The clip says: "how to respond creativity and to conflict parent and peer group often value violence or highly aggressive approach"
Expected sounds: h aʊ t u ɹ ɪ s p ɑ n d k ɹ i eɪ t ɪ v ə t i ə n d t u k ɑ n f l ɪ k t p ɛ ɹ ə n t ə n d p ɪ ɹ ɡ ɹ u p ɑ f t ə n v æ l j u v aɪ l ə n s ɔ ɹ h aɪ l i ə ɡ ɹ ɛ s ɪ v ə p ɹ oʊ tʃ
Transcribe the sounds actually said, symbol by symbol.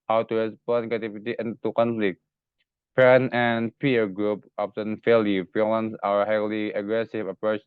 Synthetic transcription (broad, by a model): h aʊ t u ɹ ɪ s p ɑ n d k ɑ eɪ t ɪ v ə t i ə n t u k ɑ n f l ɪ k t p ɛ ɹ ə n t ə n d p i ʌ ɡ ɹ u p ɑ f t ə n f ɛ l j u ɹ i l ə n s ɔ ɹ h aɪ l i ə ɡ ɹ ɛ s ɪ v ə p ɹ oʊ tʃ